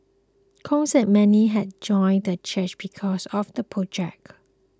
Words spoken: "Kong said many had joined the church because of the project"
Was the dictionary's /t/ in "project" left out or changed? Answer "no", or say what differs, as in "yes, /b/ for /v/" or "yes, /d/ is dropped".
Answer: yes, /t/ is dropped